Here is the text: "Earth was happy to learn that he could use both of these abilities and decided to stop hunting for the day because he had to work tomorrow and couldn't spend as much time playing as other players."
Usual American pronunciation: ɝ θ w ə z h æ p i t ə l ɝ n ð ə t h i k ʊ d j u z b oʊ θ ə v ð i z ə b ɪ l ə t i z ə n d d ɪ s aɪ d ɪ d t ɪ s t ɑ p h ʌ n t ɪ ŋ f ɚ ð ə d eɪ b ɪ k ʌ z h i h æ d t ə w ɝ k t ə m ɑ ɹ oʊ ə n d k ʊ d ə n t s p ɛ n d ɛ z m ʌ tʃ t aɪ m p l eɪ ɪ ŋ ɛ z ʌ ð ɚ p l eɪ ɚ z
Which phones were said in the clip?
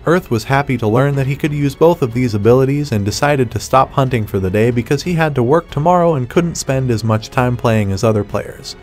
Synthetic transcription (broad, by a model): ɝ θ w ə z h æ p i t ə l ɝ n ð ə t h i k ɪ d j u z b oʊ θ ə v ð i z ə b ɪ l ə t i z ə n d d ɪ s aɪ d ɪ d t ɪ s t ɑ p h ʌ n t ɪ ŋ f ɚ ð ə d eɪ b ɪ k ʌ z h i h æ d t ə w ɝ k t ə m ɑ ɹ oʊ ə n k ʊ d n t s p ɛ n d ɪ z m ʌ tʃ t aɪ m p l eɪ ɪ ŋ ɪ z ʌ ð ɚ p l eɪ ɚ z